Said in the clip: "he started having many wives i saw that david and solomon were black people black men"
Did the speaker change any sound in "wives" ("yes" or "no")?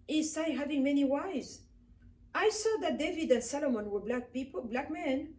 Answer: yes